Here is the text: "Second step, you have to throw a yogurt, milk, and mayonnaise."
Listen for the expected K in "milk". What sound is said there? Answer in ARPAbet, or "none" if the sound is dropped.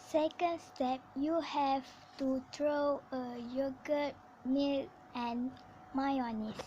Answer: none